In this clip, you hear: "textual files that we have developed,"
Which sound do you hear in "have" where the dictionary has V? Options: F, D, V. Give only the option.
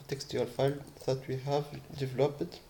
V